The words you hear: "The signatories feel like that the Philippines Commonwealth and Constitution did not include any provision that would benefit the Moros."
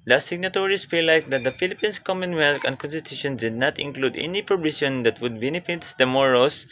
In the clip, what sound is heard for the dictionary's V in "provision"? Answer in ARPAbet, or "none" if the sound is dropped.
B